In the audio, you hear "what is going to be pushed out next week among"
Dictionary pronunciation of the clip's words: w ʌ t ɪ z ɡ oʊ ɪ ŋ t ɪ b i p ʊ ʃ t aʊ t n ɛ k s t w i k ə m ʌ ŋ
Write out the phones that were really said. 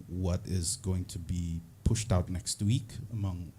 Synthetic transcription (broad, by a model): w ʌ t ɪ z ɡ oʊ ɪ ŋ t ɪ b i p ʊ ʃ t aʊ t n ɛ k s t w i k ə m ʌ ŋ